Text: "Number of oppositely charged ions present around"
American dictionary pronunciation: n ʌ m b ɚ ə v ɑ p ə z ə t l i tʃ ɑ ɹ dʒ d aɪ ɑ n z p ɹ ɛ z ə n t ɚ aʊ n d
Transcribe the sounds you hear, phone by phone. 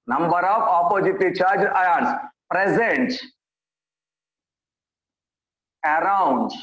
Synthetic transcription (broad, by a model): n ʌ m b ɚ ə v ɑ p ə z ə t i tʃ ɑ ɹ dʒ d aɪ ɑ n s p ɹ ɛ z ə n t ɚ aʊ n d